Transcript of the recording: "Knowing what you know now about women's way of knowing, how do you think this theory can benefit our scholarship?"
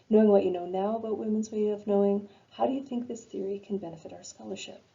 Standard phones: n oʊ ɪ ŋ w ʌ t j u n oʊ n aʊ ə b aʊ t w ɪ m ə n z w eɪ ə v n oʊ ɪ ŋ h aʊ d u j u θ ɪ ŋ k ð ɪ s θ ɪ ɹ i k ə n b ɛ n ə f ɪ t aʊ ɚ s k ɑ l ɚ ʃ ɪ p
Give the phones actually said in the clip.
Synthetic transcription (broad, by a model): n oʊ ɪ ŋ w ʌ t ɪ n oʊ n aʊ ə b aʊ t w ɪ m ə n z w eɪ ə v n oʊ ɪ ŋ h aʊ d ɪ j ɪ θ ɪ ŋ k ð ɪ s θ ɪ ɹ i k ə n b ɛ n ə f ɪ t aʊ ɚ s k ɑ l ɚ ʃ ɪ p